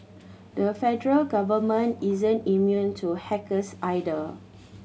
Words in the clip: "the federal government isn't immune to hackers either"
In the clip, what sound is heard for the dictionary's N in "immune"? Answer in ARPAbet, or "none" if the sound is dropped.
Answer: N